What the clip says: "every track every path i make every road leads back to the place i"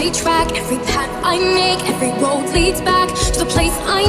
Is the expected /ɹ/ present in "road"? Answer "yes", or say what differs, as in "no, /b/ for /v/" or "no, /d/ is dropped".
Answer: no, /w/ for /ɹ/